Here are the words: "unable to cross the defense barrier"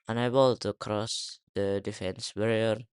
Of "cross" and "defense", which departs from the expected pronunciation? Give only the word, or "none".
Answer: none